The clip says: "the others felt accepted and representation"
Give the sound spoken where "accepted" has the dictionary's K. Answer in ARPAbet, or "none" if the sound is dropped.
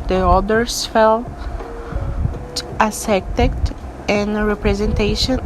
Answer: none